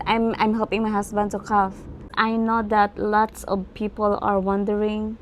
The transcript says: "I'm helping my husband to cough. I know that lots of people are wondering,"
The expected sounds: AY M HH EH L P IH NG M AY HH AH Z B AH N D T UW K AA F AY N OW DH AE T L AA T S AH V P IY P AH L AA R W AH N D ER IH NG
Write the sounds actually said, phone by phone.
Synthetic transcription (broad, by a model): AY M HH EH L P IH NG M AY HH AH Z B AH N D T UW K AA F AY N OW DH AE T L AA T S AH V P IY P AH L AA R W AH N D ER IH NG